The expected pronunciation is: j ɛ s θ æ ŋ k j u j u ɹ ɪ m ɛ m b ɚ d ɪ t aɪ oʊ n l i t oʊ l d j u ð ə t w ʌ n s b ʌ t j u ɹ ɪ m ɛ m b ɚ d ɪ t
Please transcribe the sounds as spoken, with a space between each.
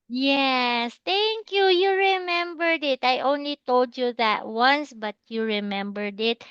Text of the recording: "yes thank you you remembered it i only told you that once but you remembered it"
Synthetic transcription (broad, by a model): j ɛ s t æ ŋ k j u j u ɹ ɪ m ɛ m b ɚ d ɪ t aɪ oʊ n l i t oʊ l d j u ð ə t w ʌ n s b ʌ t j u ɹ ɪ m ɛ m b ɚ d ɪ t